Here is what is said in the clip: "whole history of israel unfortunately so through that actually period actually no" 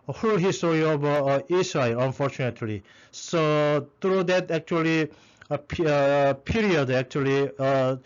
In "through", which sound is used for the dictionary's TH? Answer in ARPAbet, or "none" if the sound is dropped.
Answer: T